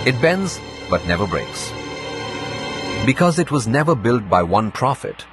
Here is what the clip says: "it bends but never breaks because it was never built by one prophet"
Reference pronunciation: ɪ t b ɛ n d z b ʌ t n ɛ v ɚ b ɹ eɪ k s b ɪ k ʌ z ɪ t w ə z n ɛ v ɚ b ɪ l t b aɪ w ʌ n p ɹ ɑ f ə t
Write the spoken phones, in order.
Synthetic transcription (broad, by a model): ɪ t b ɛ n d z b ʌ t n ɛ v ɚ b ɹ eɪ k s b ɪ k ʌ z ɪ t w ə z n ɛ v ɚ b ɪ l t b aɪ w ʌ n p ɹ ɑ f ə t